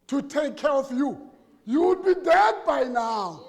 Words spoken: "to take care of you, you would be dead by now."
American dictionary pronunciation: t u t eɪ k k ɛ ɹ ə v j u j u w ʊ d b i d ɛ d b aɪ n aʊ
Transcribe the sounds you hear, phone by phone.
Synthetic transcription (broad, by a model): t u t eɪ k k ɛ ɹ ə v j u j u w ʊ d b i d ɛ d b aɪ n aʊ